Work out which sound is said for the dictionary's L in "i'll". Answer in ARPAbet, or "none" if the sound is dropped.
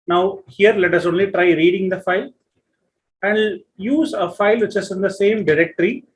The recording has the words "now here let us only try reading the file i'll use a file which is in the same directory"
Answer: N